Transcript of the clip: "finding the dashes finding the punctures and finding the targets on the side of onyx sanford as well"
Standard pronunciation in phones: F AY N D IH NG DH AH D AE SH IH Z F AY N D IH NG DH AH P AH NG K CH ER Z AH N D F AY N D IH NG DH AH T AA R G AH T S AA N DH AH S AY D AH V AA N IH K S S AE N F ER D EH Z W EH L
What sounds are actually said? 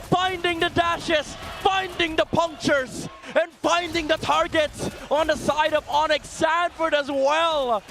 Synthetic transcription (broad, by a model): F AY N D IH NG DH AH D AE SH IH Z F AY N D IH NG DH AH P AH NG K CH ER Z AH N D F AY N D IH NG DH AH T AA R G AH T S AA N DH AH S AY D AH V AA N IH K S S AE N F ER D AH Z W EH L